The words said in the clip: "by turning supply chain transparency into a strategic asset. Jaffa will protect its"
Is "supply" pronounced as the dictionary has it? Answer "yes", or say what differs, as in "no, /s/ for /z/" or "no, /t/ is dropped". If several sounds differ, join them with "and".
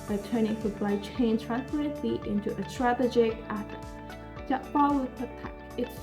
no, /b/ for /p/